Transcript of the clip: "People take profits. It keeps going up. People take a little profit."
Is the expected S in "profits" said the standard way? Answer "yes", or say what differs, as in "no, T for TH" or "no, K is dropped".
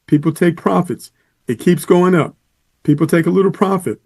yes